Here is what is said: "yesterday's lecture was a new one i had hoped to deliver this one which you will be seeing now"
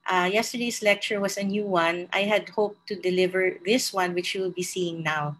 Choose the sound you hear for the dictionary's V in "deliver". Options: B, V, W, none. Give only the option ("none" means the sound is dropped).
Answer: V